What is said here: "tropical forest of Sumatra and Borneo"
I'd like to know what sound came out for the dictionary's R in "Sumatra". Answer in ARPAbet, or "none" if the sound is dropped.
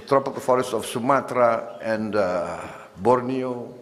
R